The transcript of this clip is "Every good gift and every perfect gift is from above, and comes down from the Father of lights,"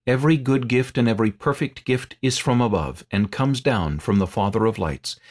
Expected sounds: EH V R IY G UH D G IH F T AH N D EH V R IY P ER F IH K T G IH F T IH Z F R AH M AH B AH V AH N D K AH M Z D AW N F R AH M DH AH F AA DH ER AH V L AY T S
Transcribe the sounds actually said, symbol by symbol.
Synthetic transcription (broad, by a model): EH V R IY G UH D G IH F T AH N EH V R IY P ER F IH K T G IH F T IH Z F R AH M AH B AH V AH N K AH M Z D AW N F R AH M DH AH F AA DH ER AH V L AY T S